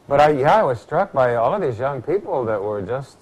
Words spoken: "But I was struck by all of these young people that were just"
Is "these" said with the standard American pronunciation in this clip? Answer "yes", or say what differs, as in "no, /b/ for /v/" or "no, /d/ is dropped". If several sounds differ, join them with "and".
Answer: yes